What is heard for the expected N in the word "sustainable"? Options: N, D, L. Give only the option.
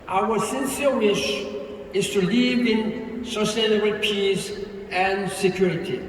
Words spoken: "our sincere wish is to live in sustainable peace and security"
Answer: L